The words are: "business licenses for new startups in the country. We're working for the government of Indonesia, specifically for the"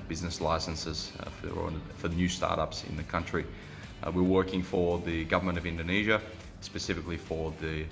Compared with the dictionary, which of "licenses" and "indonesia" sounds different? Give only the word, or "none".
none